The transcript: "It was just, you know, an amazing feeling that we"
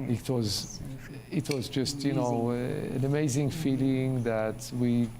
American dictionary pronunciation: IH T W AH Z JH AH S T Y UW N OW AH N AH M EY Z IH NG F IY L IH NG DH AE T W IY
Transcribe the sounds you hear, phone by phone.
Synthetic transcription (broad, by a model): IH T W AH Z JH AH S T Y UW N OW AH N AH M EY Z IH NG F IY L IH NG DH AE T W IY